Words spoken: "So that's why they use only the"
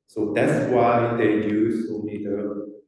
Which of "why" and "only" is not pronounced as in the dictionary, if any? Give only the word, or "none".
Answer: only